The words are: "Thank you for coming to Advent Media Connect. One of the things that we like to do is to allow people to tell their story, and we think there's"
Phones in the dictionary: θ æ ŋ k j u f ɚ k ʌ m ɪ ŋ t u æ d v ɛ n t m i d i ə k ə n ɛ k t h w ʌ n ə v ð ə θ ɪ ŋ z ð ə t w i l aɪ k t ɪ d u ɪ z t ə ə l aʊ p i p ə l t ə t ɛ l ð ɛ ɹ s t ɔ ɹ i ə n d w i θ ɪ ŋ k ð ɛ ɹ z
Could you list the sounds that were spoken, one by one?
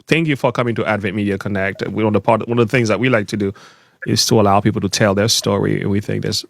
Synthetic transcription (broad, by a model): θ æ ŋ k j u f ɚ k ʌ m ɪ ŋ t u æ d v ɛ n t m i d i ə k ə n ɛ k t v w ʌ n ə v ð ə θ ɪ ŋ z ð ə t w i l aɪ k t ɪ d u ɪ z t ə ə l aʊ p i p l t ə t ɛ l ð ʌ ɹ s t ɔ ɹ i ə n w i θ ɪ ŋ k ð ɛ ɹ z